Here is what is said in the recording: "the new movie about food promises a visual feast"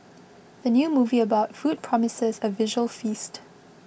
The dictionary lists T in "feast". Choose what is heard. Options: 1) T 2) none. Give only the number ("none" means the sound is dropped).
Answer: 1